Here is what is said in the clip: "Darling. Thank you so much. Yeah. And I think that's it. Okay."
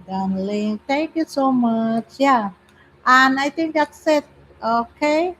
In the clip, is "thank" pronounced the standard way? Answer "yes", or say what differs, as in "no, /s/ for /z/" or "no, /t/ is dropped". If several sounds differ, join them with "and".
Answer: no, /t/ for /θ/